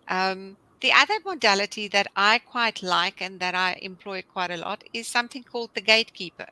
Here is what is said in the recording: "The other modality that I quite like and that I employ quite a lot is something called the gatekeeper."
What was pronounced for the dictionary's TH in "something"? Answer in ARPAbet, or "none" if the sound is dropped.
TH